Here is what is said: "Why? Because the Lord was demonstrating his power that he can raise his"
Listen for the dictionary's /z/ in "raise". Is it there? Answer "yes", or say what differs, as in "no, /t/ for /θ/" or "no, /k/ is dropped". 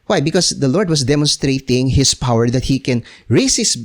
no, /s/ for /z/